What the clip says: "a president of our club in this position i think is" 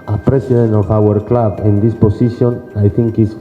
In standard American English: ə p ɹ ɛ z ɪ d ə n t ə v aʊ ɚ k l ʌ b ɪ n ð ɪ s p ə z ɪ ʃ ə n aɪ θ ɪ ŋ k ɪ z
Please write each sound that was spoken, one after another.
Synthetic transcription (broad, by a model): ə p ɹ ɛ s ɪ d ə n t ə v aʊ ɚ k l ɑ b ɪ n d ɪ s p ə s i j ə n aɪ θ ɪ ŋ k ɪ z